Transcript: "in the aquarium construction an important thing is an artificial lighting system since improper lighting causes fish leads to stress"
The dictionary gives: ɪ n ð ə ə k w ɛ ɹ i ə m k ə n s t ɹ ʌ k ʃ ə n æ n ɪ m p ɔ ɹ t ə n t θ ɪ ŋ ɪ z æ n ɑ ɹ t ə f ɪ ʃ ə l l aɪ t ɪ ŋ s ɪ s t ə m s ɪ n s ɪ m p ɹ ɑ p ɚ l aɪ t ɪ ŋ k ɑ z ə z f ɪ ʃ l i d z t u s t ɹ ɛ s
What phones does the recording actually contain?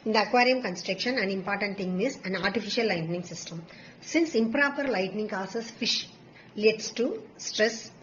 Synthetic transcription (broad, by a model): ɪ n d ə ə k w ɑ ɹ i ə m k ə n s t ɹ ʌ k ʃ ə n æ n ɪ m p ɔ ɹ t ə n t t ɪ ŋ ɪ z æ n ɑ ɹ t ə f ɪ ʃ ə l l aɪ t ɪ ŋ s ɪ s t ə m s ɪ n s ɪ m p ɹ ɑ p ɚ l aɪ t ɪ ŋ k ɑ s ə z f ɪ ʃ l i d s t u s t ɹ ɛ s